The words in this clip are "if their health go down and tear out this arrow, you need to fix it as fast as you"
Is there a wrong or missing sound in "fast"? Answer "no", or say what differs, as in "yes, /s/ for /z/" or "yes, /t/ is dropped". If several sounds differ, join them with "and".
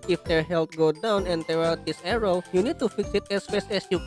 yes, /t/ is dropped